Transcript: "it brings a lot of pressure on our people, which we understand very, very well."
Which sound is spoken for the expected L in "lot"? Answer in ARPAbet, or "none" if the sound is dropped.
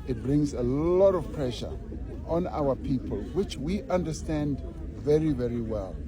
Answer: L